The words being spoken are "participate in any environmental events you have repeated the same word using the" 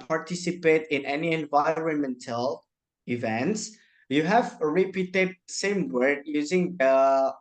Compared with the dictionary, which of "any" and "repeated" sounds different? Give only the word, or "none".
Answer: none